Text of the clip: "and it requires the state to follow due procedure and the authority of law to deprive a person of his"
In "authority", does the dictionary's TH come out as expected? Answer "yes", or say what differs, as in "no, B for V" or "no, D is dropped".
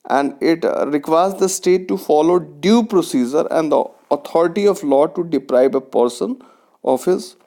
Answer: no, T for TH